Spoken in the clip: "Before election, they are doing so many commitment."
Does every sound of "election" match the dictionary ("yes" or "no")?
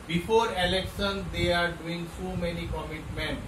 no